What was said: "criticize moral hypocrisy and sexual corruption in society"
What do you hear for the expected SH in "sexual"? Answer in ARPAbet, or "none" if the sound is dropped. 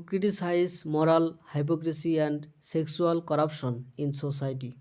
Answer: S